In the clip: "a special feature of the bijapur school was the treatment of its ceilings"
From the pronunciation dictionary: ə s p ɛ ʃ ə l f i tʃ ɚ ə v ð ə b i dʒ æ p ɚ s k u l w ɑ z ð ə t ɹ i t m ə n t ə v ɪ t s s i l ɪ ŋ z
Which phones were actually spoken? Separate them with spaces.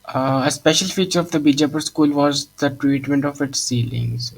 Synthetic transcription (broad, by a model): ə s p ɛ ʃ ə l f i tʃ ɚ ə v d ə b i dʒ æ p ɚ s k u l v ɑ z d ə t ɹ i t m ə n t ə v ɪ t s s i l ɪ ŋ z